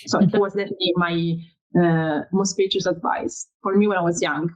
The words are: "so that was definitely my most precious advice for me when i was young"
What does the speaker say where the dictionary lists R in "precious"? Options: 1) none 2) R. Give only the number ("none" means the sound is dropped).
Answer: 1